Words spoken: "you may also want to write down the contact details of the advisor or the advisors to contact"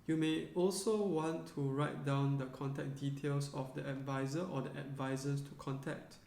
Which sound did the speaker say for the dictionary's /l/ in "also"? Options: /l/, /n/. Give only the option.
/l/